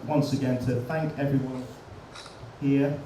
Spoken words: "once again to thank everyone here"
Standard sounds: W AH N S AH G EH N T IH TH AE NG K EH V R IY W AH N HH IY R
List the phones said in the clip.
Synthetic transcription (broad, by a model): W AH N S AH G EH N T IH TH AE NG K EH V R IY W AH N HH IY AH